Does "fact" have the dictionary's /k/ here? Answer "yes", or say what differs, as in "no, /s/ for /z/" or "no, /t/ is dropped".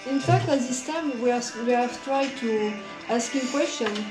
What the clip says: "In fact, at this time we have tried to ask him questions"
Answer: yes